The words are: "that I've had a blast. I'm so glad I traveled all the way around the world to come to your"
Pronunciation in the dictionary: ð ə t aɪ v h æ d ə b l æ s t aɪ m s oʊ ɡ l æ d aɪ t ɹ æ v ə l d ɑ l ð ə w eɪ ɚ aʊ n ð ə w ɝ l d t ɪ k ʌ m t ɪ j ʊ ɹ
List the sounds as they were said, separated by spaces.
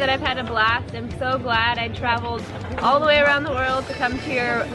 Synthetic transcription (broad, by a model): ð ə t aɪ v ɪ d ə b l æ s t aɪ m s oʊ ɡ l æ d aɪ t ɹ æ v l d ɑ l ð ə w eɪ ɚ aʊ n ð ə w ɝ l d t ɪ k ʌ m t ɪ j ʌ ɹ